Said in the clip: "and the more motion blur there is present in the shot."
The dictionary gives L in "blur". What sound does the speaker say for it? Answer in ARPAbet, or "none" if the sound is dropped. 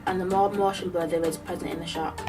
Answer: none